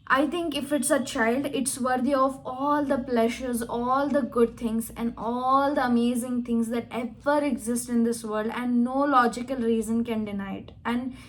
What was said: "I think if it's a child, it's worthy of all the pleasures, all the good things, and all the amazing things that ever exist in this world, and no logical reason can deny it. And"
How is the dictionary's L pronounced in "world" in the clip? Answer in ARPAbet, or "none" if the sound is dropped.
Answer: none